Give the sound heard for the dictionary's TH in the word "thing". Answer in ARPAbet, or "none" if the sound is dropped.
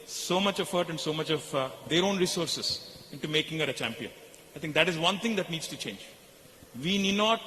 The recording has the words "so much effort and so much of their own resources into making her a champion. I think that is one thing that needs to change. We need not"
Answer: T